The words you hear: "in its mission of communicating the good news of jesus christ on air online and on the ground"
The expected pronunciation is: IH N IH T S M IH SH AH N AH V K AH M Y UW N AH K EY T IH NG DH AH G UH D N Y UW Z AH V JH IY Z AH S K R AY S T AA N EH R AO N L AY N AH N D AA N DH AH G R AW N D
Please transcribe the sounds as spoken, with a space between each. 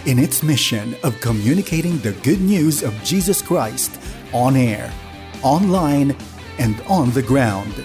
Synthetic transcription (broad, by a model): IH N IH T S M IH SH AH N AH V K AH M Y UW N AH K EY T IH NG DH AH G UH D N Y UW Z AH V JH IY Z AH S K R AY S T AA N EH R AO N L AY N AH N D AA N DH AH G R AW N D